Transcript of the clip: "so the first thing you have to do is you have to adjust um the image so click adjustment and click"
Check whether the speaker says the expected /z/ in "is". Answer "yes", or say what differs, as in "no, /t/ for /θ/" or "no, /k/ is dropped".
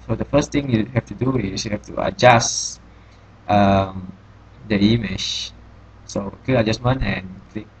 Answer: no, /s/ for /z/